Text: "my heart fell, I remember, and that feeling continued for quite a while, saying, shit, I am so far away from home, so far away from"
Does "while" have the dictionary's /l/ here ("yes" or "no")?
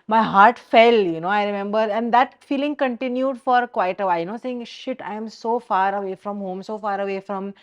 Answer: no